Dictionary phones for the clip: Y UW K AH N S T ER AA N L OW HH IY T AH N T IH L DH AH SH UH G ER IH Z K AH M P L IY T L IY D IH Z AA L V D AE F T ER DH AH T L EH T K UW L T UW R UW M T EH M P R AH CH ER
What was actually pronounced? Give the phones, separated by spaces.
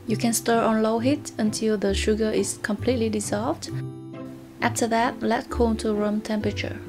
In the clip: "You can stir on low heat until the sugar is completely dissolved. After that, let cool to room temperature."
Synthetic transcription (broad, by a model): Y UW K AH N S T ER AA N L OW HH IY T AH N T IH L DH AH SH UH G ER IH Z K AH M P L IY T L IY D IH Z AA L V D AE F T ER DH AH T L EH T K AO N T UW R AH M T EH M P R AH CH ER